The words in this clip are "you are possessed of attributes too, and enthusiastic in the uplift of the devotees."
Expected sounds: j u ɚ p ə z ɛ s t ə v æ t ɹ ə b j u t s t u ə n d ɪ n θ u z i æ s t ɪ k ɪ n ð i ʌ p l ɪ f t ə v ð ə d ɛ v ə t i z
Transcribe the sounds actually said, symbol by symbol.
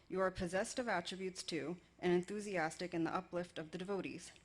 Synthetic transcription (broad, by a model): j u ɚ p ə z ɛ s t ə v æ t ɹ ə b j u t s t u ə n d ɪ n θ u z i æ s t ɪ k ɪ n ð i ʌ p l ɪ f t ə v ð ə d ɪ v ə t i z